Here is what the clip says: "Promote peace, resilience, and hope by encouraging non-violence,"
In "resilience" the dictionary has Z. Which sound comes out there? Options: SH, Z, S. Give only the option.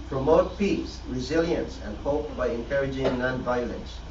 Z